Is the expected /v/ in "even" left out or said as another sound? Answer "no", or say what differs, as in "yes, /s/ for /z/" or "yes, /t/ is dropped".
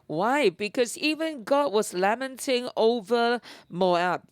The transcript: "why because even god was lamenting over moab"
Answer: no